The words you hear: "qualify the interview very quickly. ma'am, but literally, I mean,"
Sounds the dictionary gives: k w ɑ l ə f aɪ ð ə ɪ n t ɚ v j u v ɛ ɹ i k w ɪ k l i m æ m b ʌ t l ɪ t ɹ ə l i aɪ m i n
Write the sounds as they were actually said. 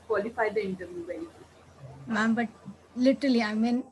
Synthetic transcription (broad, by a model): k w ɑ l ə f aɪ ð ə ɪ n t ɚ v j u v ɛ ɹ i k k i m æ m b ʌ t l ɪ t ɹ ə l i aɪ m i n